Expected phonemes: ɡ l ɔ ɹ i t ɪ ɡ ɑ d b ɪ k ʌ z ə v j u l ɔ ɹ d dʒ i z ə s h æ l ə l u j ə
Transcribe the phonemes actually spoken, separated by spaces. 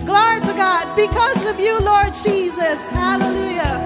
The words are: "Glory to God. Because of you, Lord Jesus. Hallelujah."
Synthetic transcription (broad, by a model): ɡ l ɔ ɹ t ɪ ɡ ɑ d b ɪ k ʌ z ə v j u l ɔ ɹ d dʒ i z ə s h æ l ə l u j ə